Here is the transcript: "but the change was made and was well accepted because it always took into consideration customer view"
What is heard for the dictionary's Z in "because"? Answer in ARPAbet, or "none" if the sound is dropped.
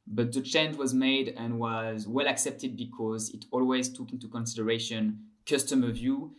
Z